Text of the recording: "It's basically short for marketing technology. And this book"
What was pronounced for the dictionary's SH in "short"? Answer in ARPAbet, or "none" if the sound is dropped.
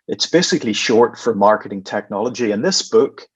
SH